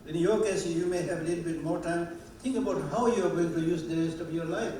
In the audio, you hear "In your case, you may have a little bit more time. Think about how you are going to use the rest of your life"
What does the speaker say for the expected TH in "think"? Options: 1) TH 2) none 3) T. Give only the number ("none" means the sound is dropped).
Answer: 3